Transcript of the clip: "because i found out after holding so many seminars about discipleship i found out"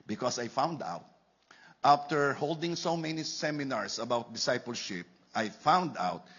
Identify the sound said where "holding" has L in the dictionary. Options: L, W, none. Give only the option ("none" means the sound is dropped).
L